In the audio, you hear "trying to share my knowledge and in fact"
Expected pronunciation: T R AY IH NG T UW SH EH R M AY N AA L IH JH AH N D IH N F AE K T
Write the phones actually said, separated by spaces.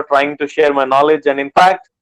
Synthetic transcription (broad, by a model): T R AY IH NG T UW SH EH R M AY N AA L IH JH AH N D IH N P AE K T